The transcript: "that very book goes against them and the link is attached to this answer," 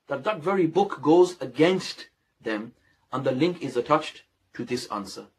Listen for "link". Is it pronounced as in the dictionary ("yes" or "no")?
yes